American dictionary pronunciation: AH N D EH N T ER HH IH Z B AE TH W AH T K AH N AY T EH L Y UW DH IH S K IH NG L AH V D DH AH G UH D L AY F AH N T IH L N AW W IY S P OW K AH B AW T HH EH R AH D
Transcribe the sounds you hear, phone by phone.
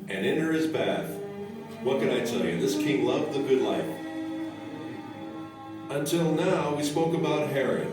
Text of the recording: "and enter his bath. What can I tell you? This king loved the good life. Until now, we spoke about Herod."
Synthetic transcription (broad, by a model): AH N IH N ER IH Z B AE TH W AH T K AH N AY T EH L Y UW DH IH S K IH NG L AH V DH AH G UH D L AY F AH N T IH L N AW W IY S P OW K AH B AW T HH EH R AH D